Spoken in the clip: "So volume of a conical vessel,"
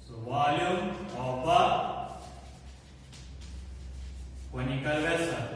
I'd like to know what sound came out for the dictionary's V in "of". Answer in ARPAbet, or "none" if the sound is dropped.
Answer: B